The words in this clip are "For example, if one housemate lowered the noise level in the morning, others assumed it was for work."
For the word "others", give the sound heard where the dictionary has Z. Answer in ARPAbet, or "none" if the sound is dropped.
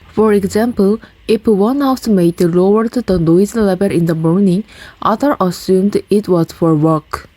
none